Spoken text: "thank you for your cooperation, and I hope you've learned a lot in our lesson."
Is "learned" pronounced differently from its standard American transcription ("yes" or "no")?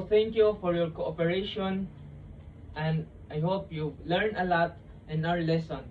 yes